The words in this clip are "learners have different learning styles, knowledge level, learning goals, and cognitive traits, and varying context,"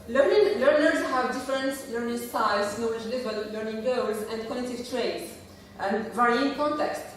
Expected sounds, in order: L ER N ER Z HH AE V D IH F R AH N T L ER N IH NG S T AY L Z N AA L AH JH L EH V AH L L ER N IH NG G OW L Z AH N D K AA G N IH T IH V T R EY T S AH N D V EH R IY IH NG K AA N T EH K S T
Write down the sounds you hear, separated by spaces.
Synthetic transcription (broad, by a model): L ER N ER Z HH AE V D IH F R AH N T L ER N IH NG S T AY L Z N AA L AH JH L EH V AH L L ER N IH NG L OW W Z AH N D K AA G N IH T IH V T R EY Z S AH N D V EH R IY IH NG K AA N T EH K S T